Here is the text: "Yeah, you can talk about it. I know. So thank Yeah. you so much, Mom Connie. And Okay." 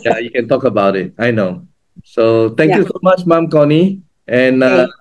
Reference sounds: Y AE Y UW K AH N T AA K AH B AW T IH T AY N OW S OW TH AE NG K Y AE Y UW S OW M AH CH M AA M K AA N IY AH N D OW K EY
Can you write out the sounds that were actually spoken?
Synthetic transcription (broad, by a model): Y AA Y UW K AH N T AA K AH B AW T IH T AY N OW S OW T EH NG K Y Y UW S OW M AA CH M AA M K AA N IY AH N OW